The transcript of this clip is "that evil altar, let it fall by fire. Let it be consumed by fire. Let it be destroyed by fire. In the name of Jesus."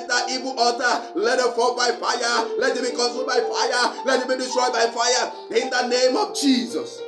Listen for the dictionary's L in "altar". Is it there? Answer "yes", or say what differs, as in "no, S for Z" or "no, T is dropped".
no, L is dropped